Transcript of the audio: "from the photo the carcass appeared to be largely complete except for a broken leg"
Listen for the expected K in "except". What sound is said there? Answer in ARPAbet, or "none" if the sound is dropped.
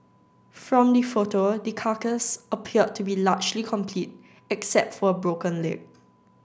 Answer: K